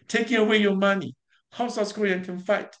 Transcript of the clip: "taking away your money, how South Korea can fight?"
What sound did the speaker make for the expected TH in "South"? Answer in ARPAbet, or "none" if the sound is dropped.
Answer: S